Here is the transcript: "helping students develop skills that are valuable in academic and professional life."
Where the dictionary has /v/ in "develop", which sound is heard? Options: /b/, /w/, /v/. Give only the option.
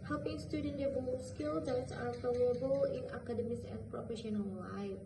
/b/